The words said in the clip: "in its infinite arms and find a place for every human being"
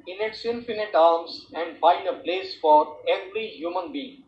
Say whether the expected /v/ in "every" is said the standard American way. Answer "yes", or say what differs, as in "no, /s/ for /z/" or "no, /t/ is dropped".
no, /b/ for /v/